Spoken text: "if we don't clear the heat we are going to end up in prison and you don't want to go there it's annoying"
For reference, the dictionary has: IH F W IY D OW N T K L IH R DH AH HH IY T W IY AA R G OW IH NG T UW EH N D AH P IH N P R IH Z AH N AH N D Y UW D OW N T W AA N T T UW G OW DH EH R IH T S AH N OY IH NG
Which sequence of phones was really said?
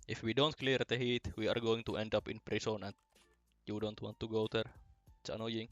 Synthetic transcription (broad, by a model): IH F W IY D OW N T K L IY R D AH HH IY T W IY AA R G OW IH NG T UW EH N D AH P IH N P R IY S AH N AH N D Y UW D OW N T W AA N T T UW G OW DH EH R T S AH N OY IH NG